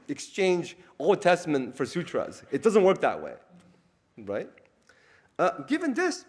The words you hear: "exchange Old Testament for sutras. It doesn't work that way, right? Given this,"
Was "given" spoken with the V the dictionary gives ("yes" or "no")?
yes